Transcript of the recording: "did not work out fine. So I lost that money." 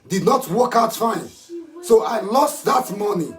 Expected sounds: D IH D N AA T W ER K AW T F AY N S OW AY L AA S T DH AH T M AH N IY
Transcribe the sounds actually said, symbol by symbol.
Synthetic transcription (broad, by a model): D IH D N AA T W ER K AW T F AY N S OW AY L AA S T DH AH T M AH N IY